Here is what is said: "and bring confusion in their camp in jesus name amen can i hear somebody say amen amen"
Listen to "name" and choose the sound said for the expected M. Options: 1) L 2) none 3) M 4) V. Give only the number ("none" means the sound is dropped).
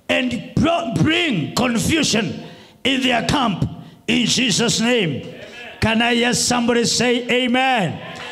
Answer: 2